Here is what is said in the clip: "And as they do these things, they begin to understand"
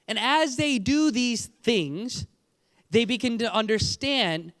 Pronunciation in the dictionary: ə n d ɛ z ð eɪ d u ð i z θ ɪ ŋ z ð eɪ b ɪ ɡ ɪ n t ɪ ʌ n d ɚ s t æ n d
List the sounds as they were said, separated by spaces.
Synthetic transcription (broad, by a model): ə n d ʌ z ð eɪ d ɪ ð i z θ ɪ ŋ z ð eɪ b ɪ ɡ ɪ n t ɪ ʌ n d ɚ s t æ n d